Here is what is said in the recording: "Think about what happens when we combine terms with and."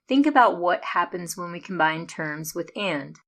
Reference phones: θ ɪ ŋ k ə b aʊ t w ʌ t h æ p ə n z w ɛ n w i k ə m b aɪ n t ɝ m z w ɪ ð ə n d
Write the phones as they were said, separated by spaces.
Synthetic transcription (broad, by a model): θ ɪ ŋ k ə b aʊ t w ʌ t h æ p ə n z w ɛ n w i k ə m b aɪ n t ɝ m z w ɪ ð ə n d